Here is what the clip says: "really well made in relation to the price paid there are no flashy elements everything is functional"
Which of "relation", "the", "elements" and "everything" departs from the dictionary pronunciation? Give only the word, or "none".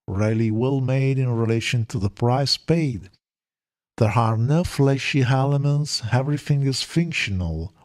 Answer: none